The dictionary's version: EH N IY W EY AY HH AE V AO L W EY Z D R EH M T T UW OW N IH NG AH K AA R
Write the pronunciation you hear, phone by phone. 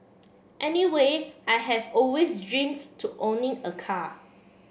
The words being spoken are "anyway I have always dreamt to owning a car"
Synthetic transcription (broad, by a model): EH N IY W EY AY HH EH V AO L W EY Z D R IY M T T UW OW N IH NG AH K AA